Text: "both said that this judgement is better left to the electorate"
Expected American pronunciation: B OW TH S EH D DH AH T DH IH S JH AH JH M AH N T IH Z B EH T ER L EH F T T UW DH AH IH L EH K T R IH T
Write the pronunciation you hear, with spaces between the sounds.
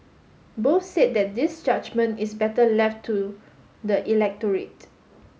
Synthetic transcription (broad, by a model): B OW S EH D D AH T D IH S JH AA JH M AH N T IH S B EH T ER L EH F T T UW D AH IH L EH K T R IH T